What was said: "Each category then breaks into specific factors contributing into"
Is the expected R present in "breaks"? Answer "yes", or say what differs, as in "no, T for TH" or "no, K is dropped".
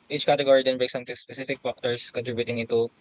no, R is dropped